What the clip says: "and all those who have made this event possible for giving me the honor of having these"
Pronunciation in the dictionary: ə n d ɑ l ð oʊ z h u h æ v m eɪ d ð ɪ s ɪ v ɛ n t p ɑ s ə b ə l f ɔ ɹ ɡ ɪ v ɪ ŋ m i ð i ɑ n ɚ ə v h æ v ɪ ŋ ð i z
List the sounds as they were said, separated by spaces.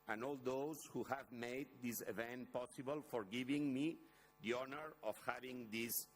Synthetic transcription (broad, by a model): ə n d ɑ l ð oʊ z h u h æ v m eɪ d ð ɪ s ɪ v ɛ n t p ɑ s ə b ə l f ɔ ɹ ɡ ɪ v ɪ ŋ m i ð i ɑ n ɚ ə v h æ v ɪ ŋ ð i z